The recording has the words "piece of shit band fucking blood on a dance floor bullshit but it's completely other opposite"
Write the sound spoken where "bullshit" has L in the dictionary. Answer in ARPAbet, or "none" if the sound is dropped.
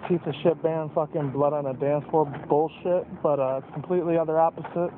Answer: L